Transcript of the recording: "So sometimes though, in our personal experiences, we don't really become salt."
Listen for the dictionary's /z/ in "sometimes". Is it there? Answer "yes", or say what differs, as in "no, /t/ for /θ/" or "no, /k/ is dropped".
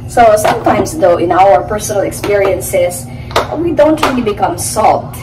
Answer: no, /s/ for /z/